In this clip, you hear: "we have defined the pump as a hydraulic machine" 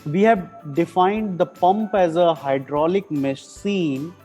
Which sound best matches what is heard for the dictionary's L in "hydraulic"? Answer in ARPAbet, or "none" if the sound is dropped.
L